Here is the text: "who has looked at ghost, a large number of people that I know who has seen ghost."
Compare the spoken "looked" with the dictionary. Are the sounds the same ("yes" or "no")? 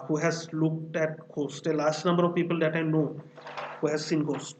yes